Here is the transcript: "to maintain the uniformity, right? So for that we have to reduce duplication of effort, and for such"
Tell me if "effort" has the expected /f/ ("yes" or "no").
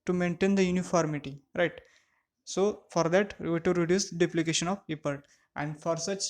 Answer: no